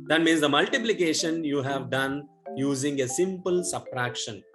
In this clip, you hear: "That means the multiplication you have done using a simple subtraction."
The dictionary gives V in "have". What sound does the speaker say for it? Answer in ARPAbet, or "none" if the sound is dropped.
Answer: V